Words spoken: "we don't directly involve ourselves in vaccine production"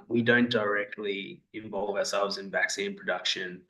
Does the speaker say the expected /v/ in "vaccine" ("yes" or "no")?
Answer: yes